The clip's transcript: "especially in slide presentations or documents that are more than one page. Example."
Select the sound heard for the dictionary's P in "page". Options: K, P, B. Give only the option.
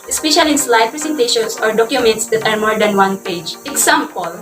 P